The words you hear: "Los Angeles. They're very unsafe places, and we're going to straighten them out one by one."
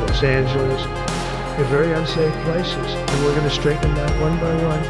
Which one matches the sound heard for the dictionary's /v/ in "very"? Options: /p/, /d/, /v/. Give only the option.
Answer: /v/